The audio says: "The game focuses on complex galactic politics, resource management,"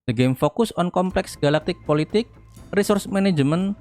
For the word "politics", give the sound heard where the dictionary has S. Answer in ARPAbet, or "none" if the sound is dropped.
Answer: none